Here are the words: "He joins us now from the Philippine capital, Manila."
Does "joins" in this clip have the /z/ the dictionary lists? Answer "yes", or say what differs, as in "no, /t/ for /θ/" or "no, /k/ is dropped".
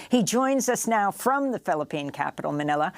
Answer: yes